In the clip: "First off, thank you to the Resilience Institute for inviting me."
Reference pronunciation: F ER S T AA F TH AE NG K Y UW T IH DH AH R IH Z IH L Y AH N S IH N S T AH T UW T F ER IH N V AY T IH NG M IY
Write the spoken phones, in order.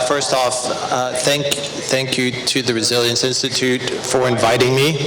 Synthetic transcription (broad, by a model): F ER S T AA F TH AE NG K Y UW T IH DH AH R IH Z IH L Y AH N S IH N S T AH T UW T F ER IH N V AY T IH NG M IY